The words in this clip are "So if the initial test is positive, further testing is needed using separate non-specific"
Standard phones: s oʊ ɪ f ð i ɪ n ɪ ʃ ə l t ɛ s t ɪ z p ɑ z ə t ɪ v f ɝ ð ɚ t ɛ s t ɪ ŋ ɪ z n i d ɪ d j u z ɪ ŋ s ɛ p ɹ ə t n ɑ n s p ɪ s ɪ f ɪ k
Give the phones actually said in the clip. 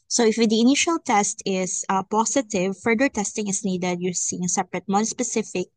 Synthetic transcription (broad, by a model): s oʊ ɪ f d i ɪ n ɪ ʃ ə l t ɛ s t ɪ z p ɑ s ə t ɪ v f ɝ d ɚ t ɛ s t ɪ ŋ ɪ s n i d ɪ d j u s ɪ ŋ s ɛ p ɹ ə t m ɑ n s p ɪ s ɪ f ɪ k